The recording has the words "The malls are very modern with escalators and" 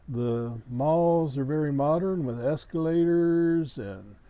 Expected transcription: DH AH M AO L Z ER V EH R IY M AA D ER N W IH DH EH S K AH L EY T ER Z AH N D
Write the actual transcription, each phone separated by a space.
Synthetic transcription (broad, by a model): DH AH M AO L Z ER V EH R IY M AA D ER N W IH DH EH S K AH L EY T ER Z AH N